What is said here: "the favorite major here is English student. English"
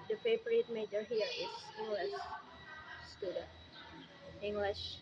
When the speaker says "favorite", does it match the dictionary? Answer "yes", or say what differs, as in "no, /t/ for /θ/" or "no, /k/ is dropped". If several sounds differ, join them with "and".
no, /p/ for /v/